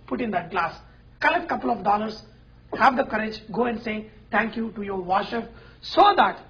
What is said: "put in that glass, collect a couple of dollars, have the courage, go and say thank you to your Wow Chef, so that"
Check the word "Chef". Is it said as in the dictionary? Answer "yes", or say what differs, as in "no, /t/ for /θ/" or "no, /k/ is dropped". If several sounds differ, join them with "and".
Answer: no, /p/ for /f/